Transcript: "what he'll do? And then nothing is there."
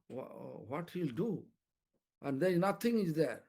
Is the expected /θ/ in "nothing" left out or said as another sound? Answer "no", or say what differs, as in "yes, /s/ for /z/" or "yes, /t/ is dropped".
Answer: yes, /t/ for /θ/